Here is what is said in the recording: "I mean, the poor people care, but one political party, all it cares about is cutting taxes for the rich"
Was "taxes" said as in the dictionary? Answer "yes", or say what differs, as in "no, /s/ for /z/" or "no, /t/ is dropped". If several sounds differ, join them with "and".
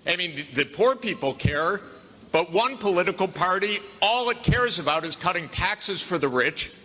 yes